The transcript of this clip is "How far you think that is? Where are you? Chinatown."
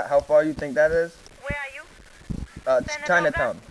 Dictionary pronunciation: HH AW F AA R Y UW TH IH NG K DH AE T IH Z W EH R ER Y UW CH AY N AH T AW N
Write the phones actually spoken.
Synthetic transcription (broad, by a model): HH AW F AA R Y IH TH IH NG K DH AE T IH Z W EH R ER Y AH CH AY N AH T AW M